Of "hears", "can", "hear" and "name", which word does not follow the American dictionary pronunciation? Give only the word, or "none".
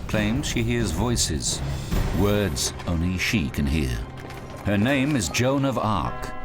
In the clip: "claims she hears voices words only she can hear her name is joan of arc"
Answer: none